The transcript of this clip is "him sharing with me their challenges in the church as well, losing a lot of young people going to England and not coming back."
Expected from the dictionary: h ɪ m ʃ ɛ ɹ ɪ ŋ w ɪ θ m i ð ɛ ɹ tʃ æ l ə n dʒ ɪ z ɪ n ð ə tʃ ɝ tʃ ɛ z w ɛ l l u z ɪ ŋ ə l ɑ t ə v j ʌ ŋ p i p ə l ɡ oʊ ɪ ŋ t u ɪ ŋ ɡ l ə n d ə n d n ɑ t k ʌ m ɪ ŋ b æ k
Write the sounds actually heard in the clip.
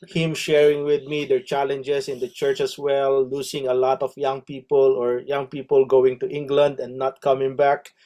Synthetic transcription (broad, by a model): h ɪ m ʃ ɛ ɹ ɪ ŋ w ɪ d m i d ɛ ɹ tʃ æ l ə n dʒ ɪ s ɪ n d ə tʃ ɝ tʃ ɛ s w ɛ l l u s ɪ ŋ ə l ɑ t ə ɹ j ʌ ŋ p i p ə l ɡ oʊ ɪ ŋ t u ɪ ŋ ɡ l ə n d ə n n ɑ t k ʌ m ɪ ŋ b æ k